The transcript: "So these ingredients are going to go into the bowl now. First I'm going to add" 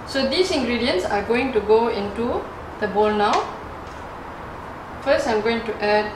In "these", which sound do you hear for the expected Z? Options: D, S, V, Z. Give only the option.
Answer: S